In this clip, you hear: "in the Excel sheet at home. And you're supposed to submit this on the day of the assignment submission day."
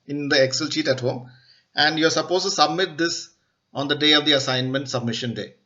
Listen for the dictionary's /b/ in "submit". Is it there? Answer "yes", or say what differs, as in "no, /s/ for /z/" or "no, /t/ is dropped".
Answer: yes